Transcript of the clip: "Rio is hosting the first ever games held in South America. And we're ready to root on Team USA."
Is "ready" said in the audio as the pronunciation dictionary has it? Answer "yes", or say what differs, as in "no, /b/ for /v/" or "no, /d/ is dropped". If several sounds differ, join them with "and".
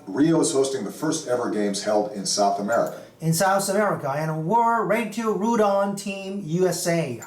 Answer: no, /w/ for /ɹ/